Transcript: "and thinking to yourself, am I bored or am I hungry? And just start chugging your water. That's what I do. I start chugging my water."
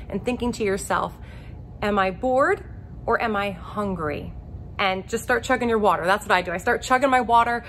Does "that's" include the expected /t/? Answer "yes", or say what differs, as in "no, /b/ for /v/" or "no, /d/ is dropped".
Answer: yes